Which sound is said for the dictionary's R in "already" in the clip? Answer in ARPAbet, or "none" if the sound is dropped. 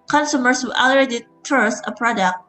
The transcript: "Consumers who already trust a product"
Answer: none